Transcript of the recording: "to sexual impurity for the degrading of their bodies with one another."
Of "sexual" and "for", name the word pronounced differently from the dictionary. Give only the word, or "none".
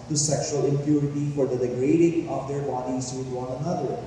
none